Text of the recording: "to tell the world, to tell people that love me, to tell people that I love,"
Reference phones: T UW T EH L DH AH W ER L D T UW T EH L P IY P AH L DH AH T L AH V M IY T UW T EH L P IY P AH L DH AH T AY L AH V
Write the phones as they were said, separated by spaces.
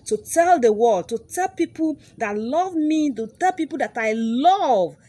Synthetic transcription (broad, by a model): T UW T EH L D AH W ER D T UW T EH L P IY P AH L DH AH T L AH V M IY T UW T EH L P IY P AH L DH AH T AY L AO V